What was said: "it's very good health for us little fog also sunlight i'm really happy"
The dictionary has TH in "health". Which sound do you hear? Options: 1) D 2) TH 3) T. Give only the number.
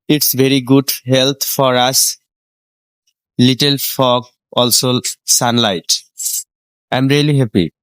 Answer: 3